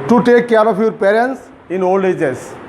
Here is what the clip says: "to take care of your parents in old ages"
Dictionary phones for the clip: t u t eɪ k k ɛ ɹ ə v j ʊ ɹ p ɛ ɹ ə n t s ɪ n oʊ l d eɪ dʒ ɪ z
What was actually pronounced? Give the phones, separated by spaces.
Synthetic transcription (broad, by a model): t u t eɪ k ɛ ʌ ɹ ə p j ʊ ɹ p ɛ ɹ ə n t s ɪ n oʊ l d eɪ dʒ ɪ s